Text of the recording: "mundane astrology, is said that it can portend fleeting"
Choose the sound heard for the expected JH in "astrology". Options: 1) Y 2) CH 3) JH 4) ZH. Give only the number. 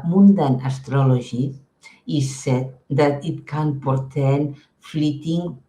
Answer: 4